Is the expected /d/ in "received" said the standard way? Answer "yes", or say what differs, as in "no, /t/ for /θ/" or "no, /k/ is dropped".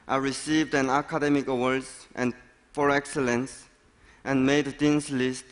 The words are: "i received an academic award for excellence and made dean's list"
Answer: yes